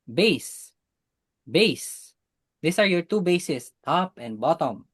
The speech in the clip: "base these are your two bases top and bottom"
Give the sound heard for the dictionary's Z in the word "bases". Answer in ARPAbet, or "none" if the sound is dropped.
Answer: S